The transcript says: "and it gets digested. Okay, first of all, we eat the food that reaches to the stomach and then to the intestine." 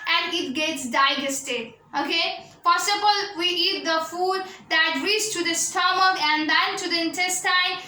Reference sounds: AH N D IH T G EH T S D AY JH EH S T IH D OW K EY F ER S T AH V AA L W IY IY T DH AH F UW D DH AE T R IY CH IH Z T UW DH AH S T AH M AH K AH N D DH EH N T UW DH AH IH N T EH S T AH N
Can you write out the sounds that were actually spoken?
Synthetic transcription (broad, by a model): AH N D IH T G EH T S D AY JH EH S T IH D OW K EY P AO S AH B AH L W IY IY T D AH F UW D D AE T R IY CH T UW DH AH S T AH M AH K AH N D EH N T UW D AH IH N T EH S T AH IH